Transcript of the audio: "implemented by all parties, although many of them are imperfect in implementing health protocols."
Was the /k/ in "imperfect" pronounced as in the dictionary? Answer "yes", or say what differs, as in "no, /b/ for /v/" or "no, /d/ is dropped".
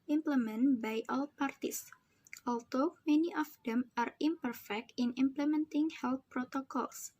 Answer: yes